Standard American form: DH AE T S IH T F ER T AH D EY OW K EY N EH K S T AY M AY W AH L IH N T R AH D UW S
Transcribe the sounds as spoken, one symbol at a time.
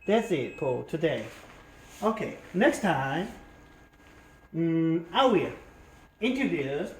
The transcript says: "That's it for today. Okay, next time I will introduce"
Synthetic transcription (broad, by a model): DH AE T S IH T P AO T AH D EY OW K EY N EH K S T AY M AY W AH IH N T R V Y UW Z